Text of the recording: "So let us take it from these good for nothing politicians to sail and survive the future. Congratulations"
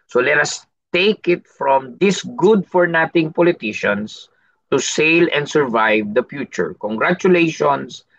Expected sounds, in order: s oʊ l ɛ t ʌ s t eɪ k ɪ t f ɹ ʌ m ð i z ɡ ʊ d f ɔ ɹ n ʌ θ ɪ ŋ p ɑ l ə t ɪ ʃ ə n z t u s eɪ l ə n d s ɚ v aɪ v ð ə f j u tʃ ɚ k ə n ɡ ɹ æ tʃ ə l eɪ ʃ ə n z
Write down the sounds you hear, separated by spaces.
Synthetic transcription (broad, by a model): s oʊ l ɛ t ʌ s t eɪ k ɪ t f ɹ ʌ m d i s ɡ ʊ d f ɔ ɹ n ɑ t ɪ ŋ p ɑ l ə t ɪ ʃ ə n s t u s eɪ l ə n d s ɚ v aɪ v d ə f j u tʃ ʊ k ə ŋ ɡ ɹ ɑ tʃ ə l eɪ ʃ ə n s